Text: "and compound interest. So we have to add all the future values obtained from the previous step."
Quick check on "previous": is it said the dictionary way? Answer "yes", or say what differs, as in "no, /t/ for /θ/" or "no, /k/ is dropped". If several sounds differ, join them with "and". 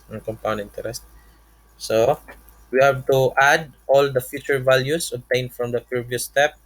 no, /ɹ/ is dropped